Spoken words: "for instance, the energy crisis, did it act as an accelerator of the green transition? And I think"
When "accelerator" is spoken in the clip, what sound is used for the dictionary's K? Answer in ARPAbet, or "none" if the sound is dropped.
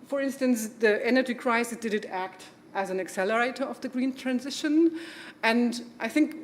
K